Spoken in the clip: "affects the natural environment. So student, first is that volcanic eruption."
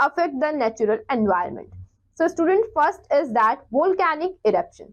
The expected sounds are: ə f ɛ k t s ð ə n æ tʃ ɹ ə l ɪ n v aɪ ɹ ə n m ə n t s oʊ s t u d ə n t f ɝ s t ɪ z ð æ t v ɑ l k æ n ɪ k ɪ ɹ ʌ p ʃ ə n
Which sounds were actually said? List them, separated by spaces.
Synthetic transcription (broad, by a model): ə f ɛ k t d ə n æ tʃ ɹ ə l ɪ n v aɪ ə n m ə n t s oʊ s t u d ə n t f ɝ s t ɪ z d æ t v ɑ l k æ n ɪ k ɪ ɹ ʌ p ʃ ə n